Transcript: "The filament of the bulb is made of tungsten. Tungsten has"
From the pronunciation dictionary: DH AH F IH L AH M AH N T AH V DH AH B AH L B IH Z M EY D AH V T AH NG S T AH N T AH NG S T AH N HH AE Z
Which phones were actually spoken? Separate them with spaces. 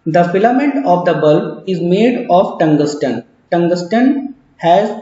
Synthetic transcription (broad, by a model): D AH F IH L AH M AH N T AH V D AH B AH L IH Z M EY D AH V T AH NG S T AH N T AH NG S T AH N HH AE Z